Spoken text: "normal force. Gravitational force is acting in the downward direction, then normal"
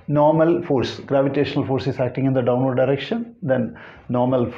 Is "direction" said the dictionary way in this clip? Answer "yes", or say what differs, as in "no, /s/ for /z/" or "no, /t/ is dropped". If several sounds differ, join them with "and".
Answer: yes